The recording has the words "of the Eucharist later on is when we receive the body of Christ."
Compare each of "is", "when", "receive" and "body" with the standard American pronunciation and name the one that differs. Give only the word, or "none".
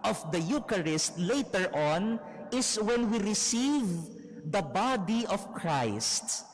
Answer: is